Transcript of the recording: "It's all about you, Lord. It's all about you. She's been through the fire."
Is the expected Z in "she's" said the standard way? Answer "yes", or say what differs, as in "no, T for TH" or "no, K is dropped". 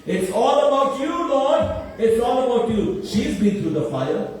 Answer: yes